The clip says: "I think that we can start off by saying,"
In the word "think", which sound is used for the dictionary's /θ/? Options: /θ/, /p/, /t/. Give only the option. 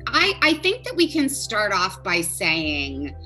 /θ/